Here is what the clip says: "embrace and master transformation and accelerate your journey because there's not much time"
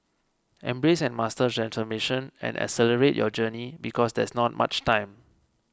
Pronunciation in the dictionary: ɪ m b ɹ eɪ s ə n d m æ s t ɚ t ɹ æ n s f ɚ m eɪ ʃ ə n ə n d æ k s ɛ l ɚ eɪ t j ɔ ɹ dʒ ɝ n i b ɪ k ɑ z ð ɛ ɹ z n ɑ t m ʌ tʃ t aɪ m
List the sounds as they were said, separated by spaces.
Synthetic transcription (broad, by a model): ɪ m b ɹ eɪ s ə n m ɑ s t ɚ t ɹ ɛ n s f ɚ m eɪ ʃ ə n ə n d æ s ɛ l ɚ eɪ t j ɔ dʒ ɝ n i b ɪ k ɑ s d ɛ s n ɑ t m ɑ tʃ t aɪ m